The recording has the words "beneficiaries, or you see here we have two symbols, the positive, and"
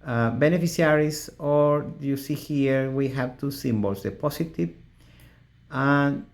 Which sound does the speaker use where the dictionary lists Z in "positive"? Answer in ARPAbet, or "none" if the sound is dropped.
S